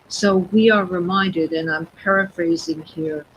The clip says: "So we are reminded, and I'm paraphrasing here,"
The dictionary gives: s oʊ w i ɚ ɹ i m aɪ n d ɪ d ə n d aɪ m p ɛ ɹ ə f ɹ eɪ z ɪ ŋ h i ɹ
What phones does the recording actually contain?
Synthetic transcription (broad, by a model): s oʊ w i ɚ ɹ i m aɪ n d ɪ d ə n aɪ m p ɛ ɹ ə f ɹ eɪ z ɪ ŋ h i ɹ